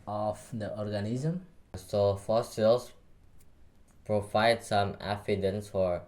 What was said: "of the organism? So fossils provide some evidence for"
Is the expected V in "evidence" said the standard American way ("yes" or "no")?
no